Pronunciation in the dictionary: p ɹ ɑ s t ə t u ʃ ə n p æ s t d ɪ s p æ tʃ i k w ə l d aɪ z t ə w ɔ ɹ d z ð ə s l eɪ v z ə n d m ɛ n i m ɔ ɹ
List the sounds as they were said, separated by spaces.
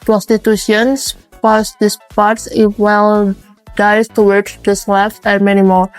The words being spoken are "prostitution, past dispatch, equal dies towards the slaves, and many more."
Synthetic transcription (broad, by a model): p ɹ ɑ s t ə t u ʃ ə n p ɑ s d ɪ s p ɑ s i w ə l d aɪ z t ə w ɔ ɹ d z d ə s l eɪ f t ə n m ɛ n i m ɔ ɹ